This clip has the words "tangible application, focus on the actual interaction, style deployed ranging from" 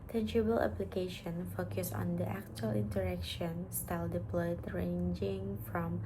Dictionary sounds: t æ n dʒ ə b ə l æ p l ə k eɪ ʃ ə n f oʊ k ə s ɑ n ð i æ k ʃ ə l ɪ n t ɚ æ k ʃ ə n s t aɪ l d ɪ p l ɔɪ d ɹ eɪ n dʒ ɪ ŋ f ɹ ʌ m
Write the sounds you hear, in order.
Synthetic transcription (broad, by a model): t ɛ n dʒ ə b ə l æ p l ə k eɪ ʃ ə n f oʊ k ə s ɑ n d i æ k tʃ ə l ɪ n t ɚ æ k ʃ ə n s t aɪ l d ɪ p l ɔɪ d ɹ eɪ n dʒ ɪ ŋ f ɹ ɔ m